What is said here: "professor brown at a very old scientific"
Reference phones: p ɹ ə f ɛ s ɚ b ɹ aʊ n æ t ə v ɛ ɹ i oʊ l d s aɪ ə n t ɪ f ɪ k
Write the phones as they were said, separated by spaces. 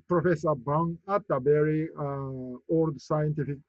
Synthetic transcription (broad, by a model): p ɹ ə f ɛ s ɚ b aʊ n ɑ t ə b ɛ ɹ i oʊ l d s aɪ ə n t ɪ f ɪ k